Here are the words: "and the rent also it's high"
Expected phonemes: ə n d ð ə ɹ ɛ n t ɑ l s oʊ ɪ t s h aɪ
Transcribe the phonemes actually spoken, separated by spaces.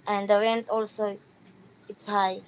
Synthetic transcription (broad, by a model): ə n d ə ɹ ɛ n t ɑ l s oʊ ɪ t s h aɪ